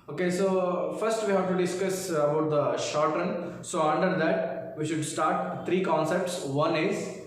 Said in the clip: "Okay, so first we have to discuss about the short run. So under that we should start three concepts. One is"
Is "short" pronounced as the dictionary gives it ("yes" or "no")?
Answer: yes